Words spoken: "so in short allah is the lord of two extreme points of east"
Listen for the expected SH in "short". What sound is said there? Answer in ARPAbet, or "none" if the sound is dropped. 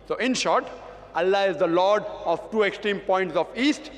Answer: SH